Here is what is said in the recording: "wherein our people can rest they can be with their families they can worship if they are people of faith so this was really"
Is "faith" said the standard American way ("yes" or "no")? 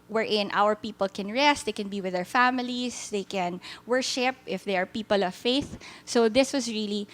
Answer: yes